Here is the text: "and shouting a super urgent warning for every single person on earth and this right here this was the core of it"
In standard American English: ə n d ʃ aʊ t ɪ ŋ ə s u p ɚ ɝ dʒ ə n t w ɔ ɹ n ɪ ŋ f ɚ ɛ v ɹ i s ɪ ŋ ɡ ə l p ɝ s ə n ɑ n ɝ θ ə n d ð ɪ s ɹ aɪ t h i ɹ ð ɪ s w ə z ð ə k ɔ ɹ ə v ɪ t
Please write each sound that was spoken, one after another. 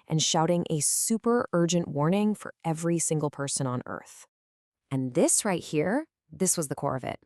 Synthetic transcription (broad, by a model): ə n ʃ aʊ t ɪ ŋ ə s u p ɚ ɝ dʒ ə n t w ɔ ɹ n ɪ ŋ f ɚ ɛ v ɹ i s ɪ ŋ ɡ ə l p ɝ s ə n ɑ n ɝ θ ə n ð ɪ s ɹ aɪ t h i ɹ ð ɪ s w ə z ð ə k ɔ ɹ ə v ɪ t